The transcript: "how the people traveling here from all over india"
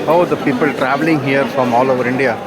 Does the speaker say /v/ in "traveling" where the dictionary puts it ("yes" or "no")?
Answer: yes